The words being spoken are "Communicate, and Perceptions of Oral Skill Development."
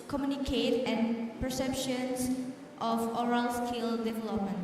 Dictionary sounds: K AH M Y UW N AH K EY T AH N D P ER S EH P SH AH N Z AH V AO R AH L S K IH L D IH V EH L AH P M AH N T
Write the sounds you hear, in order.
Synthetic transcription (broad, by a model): K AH M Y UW N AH K EY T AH N P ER S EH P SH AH N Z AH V AO R AH L S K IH L D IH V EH L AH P M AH N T